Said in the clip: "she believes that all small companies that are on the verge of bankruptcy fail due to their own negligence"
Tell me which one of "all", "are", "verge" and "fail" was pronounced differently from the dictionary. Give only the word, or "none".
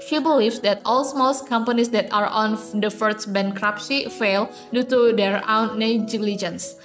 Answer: verge